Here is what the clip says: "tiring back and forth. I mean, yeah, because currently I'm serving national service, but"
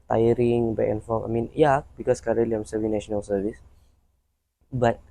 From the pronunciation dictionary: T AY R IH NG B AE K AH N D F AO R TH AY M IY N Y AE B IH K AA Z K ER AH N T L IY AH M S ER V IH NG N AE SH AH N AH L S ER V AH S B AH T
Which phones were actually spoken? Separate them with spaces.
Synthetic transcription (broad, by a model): T AY R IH NG B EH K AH N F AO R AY M IY N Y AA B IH K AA S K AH T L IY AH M S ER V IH N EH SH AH N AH L S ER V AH S B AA T